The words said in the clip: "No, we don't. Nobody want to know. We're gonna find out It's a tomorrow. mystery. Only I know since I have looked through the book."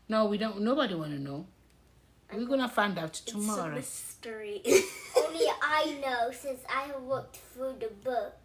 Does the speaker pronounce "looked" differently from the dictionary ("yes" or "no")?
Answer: yes